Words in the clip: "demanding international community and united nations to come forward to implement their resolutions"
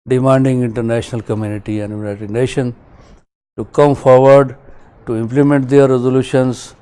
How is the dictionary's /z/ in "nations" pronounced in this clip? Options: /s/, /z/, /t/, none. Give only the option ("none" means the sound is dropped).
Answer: none